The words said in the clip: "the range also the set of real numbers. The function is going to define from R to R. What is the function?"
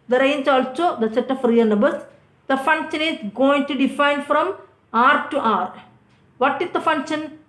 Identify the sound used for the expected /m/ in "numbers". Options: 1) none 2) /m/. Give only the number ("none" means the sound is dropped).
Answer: 1